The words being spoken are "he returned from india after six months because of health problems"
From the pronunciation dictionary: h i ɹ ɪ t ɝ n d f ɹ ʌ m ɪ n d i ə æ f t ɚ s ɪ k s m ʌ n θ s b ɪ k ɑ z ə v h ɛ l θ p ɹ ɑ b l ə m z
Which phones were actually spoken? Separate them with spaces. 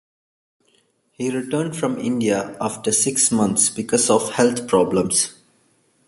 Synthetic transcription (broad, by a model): h i ɹ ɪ t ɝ n d f ɹ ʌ m ɪ n d i ə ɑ f t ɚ s ɪ k s m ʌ n t s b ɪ k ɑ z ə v h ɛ l t p ɹ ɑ b l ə m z